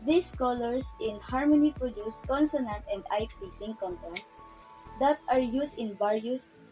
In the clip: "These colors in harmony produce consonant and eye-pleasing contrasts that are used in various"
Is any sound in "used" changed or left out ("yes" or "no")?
yes